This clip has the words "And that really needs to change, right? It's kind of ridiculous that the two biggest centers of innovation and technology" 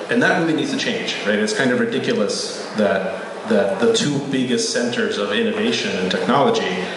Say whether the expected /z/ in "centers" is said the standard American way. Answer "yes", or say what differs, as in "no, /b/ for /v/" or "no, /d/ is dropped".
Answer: yes